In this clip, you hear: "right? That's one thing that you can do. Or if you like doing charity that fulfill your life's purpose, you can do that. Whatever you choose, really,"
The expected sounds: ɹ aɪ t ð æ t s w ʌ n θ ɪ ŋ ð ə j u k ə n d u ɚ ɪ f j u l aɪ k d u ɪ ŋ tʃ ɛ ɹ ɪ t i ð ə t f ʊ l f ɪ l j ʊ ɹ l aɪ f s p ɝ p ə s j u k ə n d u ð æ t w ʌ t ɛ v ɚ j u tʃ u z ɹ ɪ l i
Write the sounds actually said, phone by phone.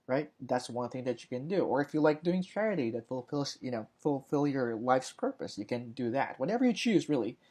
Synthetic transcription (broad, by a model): ɹ aɪ t ð æ t s w ʌ n θ ɪ ŋ ð ə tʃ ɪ k ə n d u ɚ ɪ f j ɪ l aɪ k d u ɪ ŋ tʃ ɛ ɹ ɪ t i ð ə t f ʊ l f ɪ l j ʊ ɹ l aɪ f s p ɝ p ə s j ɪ k ə n d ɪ ð æ t w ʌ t ɛ v ɚ j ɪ tʃ u z ɹ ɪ l i